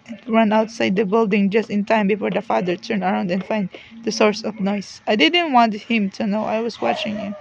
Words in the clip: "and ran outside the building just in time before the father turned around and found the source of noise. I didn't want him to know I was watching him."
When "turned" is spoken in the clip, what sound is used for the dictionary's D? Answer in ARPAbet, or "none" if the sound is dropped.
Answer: none